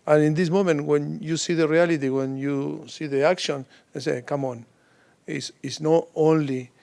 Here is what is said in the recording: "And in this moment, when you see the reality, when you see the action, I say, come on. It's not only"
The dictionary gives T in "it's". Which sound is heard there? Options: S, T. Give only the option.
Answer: S